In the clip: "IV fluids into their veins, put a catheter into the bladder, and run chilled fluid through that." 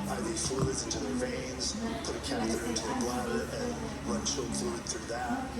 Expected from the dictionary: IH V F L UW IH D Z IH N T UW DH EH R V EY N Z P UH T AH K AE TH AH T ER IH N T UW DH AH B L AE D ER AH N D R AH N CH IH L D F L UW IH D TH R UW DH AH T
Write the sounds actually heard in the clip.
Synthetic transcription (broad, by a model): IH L F L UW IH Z IH N T UW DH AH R EY N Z P UH T AH K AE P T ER IH N T UW DH AH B L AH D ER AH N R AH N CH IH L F L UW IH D TH R UW DH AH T